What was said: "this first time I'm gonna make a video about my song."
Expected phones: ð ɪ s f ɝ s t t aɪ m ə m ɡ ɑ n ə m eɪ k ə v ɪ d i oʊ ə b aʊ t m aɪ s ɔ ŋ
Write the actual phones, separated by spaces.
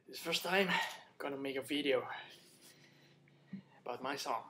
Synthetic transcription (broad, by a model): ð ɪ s f ɝ s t t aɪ ə m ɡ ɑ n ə m eɪ k ə v ɪ d i oʊ ə b aʊ t m aɪ s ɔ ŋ